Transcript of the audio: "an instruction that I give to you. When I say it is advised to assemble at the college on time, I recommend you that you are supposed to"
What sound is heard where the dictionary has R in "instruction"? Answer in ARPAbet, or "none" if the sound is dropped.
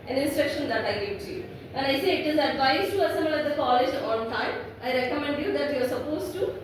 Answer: R